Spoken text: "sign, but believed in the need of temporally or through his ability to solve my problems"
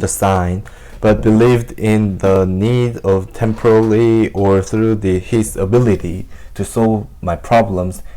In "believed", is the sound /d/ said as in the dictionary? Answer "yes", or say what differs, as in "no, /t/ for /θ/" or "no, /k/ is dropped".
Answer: yes